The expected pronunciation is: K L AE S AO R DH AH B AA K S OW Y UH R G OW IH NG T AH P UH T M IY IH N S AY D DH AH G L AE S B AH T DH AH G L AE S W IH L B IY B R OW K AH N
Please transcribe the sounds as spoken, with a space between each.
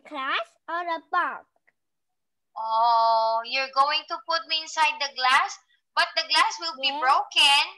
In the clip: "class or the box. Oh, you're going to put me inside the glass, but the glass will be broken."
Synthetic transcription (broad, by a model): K L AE S AO R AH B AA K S OW Y UH R G OW IH NG T AH P UH T M IY IH N S AY D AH G L AE S B AH T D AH G L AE S W IH L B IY B R OW K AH N